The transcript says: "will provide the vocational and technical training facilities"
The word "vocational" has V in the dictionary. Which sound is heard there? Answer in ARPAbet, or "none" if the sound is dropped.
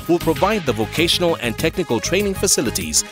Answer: V